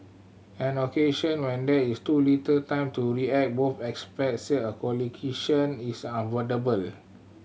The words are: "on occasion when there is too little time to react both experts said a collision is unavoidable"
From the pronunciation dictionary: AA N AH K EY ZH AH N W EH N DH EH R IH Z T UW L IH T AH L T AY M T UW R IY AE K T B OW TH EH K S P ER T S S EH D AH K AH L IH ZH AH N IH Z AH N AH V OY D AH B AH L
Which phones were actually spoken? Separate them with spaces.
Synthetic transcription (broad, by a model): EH N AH K EY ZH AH N W EH N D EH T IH S T UW L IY T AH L T AY M T UW R IY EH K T B OW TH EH K S P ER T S S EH AH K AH L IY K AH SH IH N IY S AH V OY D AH B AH L